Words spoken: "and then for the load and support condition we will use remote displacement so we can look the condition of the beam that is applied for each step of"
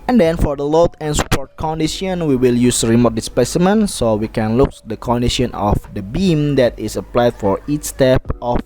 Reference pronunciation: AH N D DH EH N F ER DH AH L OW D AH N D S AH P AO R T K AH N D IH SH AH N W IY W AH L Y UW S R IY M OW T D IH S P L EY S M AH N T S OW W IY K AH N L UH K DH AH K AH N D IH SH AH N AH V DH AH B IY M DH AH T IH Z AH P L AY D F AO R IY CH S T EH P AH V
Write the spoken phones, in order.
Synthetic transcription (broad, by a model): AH N D EH N F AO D AH L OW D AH N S P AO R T K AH N D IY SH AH N W IY W AH L Y UW S R IY M OW T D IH S P EY S M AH N S OW W IY K AH N L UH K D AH K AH N D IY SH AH N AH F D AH B IY M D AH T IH S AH P L AY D F AO R IY CH S T EH P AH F